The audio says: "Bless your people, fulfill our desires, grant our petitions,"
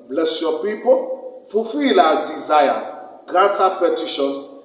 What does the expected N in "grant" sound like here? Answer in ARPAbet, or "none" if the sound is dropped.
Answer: none